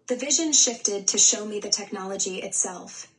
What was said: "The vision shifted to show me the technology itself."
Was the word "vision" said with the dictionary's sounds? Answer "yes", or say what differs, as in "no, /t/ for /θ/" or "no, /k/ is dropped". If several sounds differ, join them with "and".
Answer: yes